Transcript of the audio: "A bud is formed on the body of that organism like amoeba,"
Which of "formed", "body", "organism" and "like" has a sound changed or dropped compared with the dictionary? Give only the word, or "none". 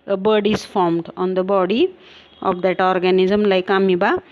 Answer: none